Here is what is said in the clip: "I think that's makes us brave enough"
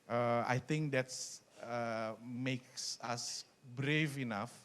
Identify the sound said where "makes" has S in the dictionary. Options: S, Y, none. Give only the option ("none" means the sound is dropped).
S